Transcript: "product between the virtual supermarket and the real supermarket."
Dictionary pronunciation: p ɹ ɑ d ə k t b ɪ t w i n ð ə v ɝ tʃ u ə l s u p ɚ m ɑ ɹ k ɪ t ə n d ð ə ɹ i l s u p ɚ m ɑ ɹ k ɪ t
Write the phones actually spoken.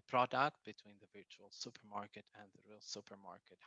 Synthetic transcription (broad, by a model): p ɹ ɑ d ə k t b ɪ t w i n ð ə v ɝ tʃ u ə l s u p ɚ m ɑ ɹ k ɪ t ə n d ð ə ɹ i l s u p ɚ m ɑ ɹ k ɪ t